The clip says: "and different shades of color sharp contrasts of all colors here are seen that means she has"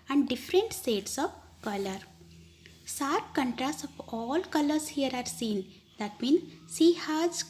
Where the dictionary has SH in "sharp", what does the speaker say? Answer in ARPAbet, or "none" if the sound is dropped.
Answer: S